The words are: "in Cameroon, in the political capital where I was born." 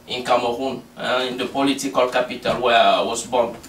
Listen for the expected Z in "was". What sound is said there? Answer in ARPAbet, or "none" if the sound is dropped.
S